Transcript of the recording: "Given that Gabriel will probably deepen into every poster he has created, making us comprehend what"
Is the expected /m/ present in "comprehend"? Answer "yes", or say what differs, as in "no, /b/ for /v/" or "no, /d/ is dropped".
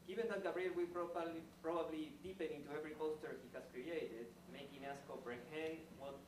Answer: no, /m/ is dropped